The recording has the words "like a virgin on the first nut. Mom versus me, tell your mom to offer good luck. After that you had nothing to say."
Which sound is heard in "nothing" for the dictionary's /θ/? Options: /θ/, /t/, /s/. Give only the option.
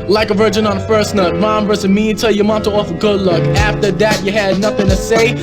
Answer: /θ/